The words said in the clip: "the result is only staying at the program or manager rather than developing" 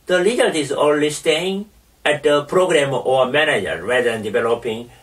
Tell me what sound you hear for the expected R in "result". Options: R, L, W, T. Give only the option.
L